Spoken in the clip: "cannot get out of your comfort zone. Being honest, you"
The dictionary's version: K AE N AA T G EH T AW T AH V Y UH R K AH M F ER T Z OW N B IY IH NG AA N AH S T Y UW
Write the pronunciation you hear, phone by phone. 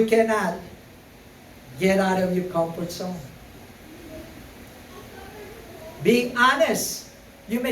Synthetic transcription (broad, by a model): K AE N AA T G EH T AW T AH V Y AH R K AH M F ER T S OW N B IY IH NG AA N AH S T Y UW